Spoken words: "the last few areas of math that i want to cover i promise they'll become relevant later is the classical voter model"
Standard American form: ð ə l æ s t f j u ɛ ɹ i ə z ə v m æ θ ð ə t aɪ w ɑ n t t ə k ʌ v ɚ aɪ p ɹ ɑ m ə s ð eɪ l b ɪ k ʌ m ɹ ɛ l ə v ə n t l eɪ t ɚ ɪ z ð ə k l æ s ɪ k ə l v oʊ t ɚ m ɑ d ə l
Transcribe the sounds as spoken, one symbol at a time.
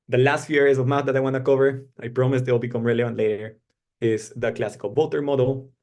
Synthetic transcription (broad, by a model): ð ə l æ s t f j u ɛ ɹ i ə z ə v m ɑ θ ð ə t aɪ w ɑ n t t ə k ʌ v ɚ aɪ p ɹ ɑ m ə s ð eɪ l b ɪ k ʌ m ɹ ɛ l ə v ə n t l eɪ t ɚ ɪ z ð ə k l æ s ɪ k ə l b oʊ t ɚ m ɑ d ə l